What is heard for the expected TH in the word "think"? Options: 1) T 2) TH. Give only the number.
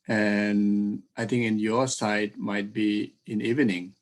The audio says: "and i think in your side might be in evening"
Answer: 1